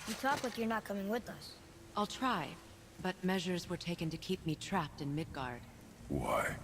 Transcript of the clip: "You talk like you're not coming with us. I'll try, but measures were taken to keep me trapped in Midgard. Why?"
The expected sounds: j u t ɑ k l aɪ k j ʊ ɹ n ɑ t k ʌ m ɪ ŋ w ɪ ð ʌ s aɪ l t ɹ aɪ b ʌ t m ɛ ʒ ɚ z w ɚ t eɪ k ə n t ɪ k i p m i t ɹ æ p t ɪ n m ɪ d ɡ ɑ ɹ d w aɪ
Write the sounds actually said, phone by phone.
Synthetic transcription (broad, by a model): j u t ɑ k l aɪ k j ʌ ɹ n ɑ t k ʌ m ɪ ŋ w ɪ ð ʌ s aɪ l t ɹ aɪ b ʌ t m ɛ ʒ ɚ z w ɚ t eɪ k ə n t ɪ k i p m i t ɹ æ p t ɪ n m ɪ d ɡ ɑ ɹ d w aɪ